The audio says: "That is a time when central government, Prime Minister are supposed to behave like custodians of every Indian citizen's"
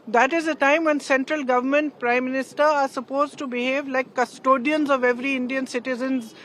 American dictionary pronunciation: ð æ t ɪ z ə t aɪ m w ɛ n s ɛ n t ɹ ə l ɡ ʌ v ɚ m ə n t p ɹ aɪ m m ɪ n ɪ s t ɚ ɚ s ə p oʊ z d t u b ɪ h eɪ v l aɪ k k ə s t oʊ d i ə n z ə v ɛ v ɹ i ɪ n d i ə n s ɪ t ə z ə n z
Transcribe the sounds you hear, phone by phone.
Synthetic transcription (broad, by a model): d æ t ɪ z ə t aɪ m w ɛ n s ɛ n t ɹ ə l ɡ ʌ v ɚ m ə n t p ɹ aɪ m m ɪ n ɪ s t ɚ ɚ s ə p oʊ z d t u b ɪ h eɪ v l aɪ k k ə s t oʊ d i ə n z ə v ɛ v ɹ i ɪ n d i ə n s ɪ t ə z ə n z